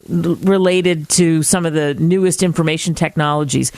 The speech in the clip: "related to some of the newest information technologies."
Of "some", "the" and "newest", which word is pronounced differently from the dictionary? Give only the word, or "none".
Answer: none